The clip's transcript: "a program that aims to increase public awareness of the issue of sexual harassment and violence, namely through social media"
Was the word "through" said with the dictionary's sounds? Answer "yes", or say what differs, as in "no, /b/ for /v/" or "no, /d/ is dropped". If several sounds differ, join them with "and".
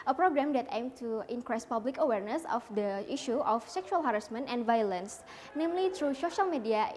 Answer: no, /t/ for /θ/